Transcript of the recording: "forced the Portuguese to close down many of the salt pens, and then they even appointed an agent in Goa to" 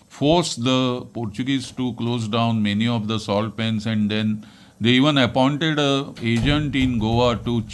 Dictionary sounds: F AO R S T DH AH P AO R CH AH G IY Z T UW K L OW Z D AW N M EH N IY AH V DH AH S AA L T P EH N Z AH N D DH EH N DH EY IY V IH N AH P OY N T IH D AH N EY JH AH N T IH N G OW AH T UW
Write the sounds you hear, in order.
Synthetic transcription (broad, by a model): F AO R S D AH P AO R CH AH G IY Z T UW K L OW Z D AW N M EH N IY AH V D AH S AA L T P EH N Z AH N D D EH N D EY IY V IH N AH P OY N T IH D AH EY JH AH N T IH N G OW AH T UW